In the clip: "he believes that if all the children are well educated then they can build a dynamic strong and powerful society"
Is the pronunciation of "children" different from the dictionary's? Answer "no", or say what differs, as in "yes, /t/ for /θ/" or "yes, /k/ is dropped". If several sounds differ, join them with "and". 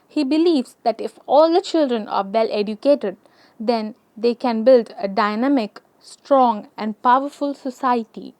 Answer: no